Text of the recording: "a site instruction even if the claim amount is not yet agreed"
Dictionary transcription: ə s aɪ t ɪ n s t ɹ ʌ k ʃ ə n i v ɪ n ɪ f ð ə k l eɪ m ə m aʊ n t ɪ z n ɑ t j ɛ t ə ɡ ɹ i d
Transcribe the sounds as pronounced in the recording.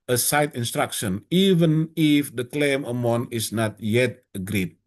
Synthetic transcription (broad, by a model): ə s aɪ t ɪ n s t ɹ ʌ k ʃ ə n i v ɪ n ɪ f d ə k l eɪ m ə m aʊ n ɪ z n ɑ t j ɛ t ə ɡ ɹ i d